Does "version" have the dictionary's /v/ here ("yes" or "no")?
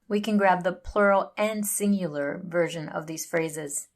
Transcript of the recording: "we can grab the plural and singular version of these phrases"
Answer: yes